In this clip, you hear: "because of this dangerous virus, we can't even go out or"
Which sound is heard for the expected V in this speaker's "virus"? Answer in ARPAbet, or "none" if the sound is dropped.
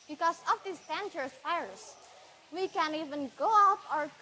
F